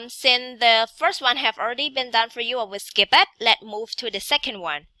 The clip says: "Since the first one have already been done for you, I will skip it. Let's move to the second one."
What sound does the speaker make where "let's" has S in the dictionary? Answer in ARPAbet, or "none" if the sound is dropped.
none